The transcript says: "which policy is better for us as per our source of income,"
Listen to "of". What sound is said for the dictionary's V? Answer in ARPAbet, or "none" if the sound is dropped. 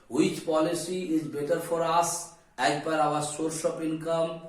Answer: P